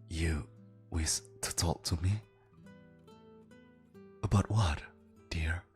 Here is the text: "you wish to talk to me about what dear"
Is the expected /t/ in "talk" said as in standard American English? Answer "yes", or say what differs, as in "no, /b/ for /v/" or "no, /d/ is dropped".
yes